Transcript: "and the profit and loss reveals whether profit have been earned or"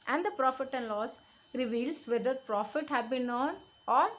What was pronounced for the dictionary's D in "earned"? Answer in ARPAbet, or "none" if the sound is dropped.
none